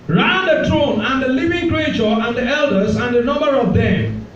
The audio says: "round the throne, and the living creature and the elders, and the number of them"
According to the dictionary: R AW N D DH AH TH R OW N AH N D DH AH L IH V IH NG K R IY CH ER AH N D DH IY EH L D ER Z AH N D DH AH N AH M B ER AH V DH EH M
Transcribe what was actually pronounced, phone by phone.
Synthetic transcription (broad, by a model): R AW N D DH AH T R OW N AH N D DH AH L IH V IH NG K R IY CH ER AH N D DH IY EH L D ER Z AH N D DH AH N AH M B ER AH V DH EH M